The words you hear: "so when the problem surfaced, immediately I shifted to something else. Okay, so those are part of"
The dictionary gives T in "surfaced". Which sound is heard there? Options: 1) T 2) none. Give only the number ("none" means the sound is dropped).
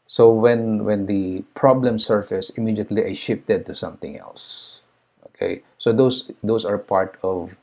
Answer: 2